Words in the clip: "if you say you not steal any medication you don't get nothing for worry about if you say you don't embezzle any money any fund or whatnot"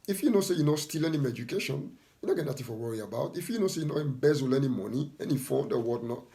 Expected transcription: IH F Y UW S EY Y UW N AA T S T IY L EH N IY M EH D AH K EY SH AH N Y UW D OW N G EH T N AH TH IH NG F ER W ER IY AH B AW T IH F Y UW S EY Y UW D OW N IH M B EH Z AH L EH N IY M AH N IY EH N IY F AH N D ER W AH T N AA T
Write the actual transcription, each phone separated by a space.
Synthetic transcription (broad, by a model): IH F Y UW S EY Y UW N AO S T IY L EH N IY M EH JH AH K EY SH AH N Y UW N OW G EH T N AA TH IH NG F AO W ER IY AH B AW T IH F Y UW S EY Y UW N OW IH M B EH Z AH L EH N IY M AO N IY EH N IY F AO D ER W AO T N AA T